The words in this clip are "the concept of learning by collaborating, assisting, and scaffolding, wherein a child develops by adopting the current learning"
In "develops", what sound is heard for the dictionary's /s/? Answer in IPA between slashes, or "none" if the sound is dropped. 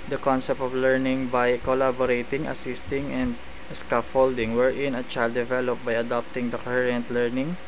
none